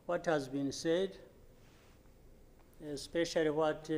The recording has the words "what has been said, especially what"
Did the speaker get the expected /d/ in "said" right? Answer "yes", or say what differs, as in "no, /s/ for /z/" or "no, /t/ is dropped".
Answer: yes